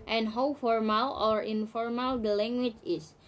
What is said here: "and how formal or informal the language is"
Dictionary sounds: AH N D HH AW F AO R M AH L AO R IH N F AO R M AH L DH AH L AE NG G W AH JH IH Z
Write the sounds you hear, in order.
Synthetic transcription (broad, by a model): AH N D HH AW F AO R M AH L AO R IH N F AO R M AH L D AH L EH NG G W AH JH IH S